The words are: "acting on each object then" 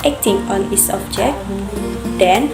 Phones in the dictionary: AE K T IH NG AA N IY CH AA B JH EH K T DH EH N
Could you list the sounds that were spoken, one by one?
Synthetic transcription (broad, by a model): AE K T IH NG AA N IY S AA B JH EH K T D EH N